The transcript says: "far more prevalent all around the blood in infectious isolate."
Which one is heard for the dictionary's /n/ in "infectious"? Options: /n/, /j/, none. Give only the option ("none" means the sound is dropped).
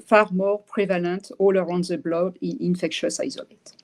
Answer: /n/